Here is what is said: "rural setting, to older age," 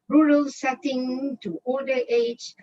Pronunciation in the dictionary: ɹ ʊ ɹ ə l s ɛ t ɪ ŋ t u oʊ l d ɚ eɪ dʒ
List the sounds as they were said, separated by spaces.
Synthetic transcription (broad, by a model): ɹ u ɹ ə l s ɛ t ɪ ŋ t u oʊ d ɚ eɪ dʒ